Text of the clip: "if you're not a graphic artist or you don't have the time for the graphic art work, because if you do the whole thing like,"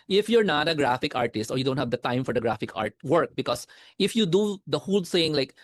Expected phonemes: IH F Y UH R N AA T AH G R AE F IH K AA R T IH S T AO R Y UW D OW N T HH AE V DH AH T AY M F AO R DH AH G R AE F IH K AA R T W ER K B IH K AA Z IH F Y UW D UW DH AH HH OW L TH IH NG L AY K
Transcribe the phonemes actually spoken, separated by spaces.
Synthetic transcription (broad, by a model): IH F Y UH R N AA T AH G R AE F IH K AA R T IH S T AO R Y UW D OW N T HH AE V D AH T AY M F AO R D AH G R AE F IH K AA R T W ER K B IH K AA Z IH F Y UW D UW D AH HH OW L S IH NG L AY K